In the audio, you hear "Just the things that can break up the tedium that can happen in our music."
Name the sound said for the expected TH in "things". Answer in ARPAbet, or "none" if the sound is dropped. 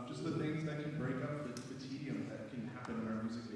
TH